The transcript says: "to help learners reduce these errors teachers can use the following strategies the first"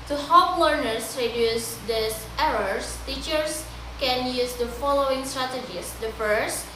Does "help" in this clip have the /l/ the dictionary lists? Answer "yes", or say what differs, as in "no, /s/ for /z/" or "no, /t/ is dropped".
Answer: no, /l/ is dropped